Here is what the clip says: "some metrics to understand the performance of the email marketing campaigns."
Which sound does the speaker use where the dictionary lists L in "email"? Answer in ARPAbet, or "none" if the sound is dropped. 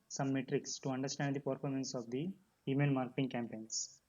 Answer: N